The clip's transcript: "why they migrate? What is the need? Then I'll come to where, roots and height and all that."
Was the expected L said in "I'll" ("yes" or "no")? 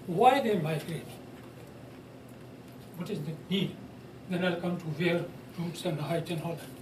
yes